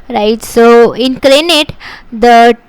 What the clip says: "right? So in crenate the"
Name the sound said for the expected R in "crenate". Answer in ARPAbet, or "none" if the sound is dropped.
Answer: L